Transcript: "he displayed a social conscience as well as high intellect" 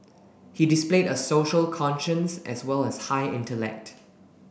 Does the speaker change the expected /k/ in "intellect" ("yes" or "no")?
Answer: no